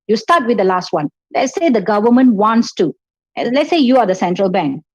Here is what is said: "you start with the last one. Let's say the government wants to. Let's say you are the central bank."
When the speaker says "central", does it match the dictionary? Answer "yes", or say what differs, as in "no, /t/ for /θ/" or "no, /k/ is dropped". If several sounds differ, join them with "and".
yes